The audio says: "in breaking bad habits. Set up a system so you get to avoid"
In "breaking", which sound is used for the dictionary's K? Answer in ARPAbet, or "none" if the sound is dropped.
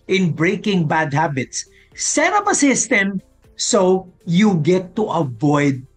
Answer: K